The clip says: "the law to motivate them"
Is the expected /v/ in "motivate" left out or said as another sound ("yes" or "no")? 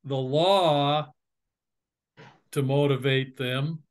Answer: no